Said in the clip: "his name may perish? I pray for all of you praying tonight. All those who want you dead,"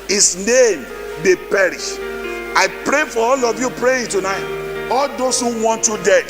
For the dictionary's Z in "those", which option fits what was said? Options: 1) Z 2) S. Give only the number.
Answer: 2